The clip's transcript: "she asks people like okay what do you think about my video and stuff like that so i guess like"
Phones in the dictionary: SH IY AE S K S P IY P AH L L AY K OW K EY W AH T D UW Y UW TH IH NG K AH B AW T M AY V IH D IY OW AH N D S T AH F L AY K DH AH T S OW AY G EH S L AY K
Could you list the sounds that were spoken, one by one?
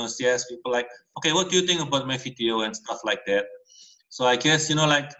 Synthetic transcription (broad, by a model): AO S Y S P IY P AH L L AY K OW K EY W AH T D UW Y UW T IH NG K AH B AW T M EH F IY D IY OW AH N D S T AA F L AY K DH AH T S OW AY G EH S L AY K